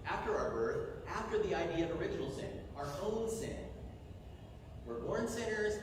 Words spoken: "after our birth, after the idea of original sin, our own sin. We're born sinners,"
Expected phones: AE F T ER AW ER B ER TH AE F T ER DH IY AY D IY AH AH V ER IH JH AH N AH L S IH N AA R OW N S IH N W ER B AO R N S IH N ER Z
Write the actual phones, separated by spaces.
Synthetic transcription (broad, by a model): AE F T ER AW ER B ER TH AE F T ER DH IY AY D IY AH AH V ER IH JH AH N L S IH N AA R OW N S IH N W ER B AO R N S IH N ER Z